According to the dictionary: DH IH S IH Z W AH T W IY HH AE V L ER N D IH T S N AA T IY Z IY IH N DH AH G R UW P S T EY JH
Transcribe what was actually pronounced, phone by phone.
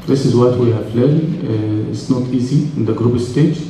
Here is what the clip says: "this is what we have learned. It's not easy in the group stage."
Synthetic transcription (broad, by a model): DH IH S IH Z W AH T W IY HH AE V L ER D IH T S N AA T IY Z IY IH N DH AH G R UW B S T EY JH